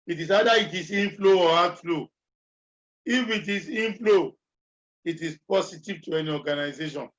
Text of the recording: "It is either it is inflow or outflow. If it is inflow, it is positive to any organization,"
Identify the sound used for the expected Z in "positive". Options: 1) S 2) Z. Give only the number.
1